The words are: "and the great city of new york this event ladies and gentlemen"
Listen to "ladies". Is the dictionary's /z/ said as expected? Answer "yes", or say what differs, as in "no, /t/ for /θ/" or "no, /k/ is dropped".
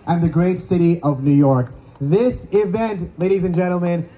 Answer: yes